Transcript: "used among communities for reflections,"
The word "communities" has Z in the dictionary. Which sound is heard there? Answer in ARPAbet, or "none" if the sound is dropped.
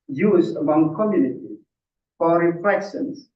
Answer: none